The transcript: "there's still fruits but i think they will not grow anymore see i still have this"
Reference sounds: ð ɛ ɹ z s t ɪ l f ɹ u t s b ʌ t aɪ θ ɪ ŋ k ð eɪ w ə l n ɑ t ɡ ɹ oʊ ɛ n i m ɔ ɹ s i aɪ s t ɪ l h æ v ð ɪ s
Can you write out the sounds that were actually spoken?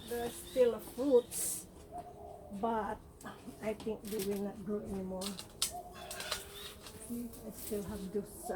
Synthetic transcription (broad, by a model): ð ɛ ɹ s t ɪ l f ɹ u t s b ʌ t aɪ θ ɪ ŋ k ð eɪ w ə l n ɑ t ɡ oʊ ɛ n i m ɔ ɹ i aɪ s t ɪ l h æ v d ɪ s